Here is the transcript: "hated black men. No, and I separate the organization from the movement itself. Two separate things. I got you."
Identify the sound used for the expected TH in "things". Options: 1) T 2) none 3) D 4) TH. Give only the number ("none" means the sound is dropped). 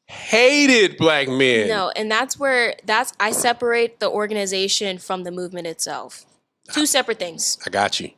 4